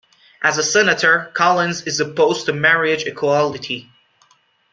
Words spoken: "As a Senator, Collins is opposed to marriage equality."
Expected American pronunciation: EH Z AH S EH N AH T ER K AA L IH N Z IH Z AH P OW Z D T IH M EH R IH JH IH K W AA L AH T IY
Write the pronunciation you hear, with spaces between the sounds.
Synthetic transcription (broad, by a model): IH Z AH S EH N AH T ER K AA L IH N Z IH Z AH P OW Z T IH M EH R IH JH IH K W AA L AH T IY